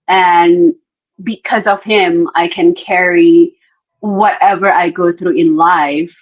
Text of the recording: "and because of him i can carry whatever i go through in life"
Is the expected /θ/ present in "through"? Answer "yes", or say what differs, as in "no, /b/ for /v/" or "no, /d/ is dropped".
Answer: yes